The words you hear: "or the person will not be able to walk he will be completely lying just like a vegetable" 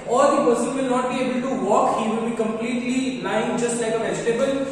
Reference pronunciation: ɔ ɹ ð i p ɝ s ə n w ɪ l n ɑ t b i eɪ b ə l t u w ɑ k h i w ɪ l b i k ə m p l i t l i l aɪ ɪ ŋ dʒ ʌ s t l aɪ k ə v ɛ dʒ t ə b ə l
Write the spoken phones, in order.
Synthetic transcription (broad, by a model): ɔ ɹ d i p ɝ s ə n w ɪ l n ɑ t b i eɪ b ə l t u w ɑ k h i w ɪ l b i k ə m p l i t l i n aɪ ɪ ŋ dʒ ʌ s t l aɪ k ə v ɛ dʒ t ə b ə l